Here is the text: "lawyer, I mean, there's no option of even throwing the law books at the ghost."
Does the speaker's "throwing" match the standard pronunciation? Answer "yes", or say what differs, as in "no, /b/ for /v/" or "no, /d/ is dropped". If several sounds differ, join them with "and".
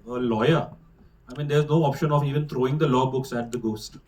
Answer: no, /t/ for /θ/